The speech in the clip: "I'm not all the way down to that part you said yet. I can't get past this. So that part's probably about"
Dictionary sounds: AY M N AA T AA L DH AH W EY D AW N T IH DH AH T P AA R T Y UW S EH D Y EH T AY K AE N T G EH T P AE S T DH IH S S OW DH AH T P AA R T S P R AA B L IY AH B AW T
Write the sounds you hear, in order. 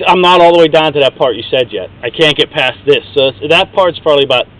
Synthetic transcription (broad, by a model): AY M N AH T AA L DH AH W EY D AW N T IH DH AH T P AA R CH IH S EH D Y EH T AY K AE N G EH T P AE S DH IH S S OW DH AH T P AA R T S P AA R L IY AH B AW T